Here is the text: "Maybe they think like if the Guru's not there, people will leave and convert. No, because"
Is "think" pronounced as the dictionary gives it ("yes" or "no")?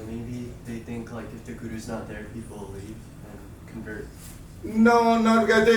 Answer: yes